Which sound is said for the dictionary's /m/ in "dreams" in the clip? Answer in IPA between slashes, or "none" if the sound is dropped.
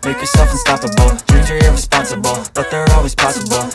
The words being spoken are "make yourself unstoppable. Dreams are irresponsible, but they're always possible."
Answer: none